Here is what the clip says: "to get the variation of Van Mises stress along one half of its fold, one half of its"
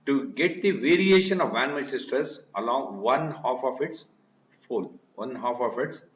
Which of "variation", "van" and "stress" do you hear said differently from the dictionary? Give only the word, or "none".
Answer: stress